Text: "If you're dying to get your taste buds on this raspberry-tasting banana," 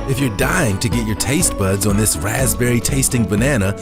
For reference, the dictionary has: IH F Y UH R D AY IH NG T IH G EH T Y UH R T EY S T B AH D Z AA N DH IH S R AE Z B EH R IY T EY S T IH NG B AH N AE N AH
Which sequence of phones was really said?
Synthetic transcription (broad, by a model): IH F Y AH R D AY IH NG T IH G EH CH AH R T EY S T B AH D Z N DH IH S R AE Z B EH R IY T EY S T IH NG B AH N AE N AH